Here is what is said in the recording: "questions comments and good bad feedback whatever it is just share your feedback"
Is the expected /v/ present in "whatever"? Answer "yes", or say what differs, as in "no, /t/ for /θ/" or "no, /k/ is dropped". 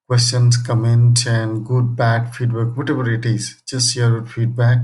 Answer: no, /b/ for /v/